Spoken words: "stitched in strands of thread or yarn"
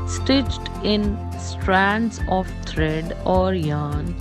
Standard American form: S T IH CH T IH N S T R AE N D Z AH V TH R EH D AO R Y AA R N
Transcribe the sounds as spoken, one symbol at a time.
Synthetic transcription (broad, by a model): S T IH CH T IH N S T R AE N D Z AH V T R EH D AO R Y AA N